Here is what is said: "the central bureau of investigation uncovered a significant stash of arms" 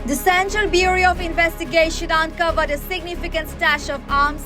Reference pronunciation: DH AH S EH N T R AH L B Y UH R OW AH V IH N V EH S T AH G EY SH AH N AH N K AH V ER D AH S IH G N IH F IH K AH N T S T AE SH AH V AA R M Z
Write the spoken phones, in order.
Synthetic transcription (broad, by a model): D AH S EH N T R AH L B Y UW R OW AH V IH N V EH S T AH G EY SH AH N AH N K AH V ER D AH S IH G N IH F IH K AH N T S T AE SH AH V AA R M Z